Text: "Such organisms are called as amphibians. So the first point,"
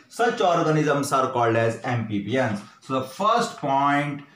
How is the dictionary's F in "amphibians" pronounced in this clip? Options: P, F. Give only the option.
P